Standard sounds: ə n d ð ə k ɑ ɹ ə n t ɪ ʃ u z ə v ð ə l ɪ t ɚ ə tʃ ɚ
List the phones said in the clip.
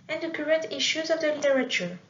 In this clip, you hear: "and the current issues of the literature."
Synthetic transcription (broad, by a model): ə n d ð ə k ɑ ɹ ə t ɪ ʃ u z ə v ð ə l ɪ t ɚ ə tʃ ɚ